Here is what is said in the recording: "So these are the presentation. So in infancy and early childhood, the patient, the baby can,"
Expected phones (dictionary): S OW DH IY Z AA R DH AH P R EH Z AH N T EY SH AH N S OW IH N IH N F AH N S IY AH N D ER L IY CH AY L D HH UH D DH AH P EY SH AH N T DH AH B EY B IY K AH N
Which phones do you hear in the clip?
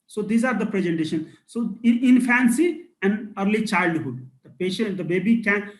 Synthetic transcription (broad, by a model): S OW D IY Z AA R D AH P R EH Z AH N T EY SH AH N S OW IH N IH N F AH N S IY AH N D ER L IY CH AY L D HH UH D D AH P EY SH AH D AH B EY B IY K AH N